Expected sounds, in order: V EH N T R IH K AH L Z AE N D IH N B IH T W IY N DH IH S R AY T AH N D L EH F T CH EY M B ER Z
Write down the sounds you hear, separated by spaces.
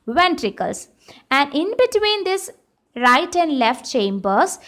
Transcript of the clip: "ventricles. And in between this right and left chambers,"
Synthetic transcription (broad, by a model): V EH N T R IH K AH L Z AE N D IH N B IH T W IY N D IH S R AY T AH N D L EH F T CH EY M B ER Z